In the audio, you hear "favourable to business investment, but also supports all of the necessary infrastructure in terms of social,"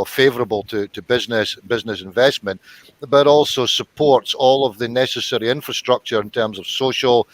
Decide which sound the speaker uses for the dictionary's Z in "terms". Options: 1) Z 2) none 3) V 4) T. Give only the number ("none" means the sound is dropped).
1